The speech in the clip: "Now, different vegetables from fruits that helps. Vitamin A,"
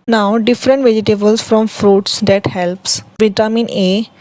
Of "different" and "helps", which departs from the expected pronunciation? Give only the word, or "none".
none